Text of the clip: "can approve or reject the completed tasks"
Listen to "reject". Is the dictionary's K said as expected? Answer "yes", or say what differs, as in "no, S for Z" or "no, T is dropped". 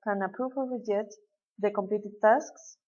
no, K is dropped